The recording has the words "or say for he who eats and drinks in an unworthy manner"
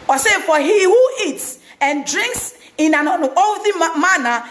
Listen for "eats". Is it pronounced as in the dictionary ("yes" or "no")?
yes